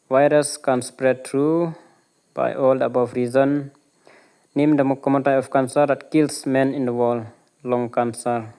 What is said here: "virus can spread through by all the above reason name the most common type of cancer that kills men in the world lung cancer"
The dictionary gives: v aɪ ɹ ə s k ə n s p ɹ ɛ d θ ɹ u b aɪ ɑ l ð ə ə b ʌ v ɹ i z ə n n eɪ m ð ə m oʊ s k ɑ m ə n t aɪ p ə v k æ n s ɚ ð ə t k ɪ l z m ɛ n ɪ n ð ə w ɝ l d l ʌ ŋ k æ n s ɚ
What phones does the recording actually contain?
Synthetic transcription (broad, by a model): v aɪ ɹ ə s k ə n s p ɹ ɛ d t ɹ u b aɪ ɑ l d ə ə b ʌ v ɹ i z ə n n eɪ m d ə m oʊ k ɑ m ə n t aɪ ə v k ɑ n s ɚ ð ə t k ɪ l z m ɛ n ɪ n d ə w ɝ l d l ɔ ŋ k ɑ n s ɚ